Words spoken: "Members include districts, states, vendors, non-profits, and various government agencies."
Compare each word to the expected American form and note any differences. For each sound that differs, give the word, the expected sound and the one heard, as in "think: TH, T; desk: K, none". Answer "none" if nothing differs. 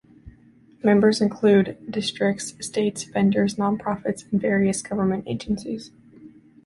vendors: V, P